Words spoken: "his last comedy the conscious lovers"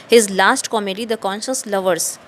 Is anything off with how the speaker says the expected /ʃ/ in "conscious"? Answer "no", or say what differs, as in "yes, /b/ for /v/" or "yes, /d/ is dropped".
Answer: no